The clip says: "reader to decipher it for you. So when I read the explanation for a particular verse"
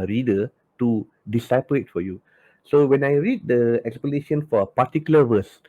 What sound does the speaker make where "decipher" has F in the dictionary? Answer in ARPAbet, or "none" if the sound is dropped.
P